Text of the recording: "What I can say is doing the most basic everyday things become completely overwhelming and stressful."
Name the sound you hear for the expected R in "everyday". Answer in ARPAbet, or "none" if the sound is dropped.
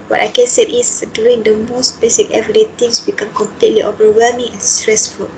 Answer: none